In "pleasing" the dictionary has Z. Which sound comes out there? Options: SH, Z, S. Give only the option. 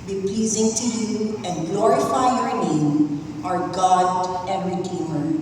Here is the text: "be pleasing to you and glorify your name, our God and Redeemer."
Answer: Z